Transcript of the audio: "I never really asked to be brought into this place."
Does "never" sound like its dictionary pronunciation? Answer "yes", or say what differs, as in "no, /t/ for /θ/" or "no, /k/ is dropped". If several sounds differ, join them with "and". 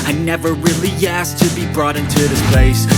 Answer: yes